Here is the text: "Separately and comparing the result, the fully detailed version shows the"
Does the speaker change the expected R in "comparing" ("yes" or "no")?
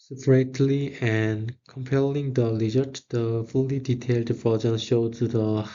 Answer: yes